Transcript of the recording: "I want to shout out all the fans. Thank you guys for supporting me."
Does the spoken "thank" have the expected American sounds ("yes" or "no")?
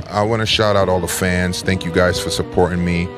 yes